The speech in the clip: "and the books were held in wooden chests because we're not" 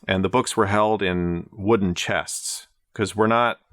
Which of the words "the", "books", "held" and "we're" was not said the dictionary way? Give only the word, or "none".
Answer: none